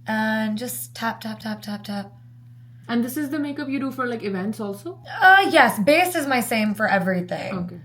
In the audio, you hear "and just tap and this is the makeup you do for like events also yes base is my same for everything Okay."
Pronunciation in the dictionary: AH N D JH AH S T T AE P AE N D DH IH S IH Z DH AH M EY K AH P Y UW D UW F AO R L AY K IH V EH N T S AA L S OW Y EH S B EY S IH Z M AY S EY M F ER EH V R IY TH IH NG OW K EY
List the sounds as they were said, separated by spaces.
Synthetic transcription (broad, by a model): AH N JH AH S T T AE P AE N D IH S IH Z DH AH M EY K AH P Y UW D UW F AO R L AY K IH V EH N T S AA L S OW Y EH S B EY S IH Z M AY S EY M F ER EH V R IY TH IH NG OW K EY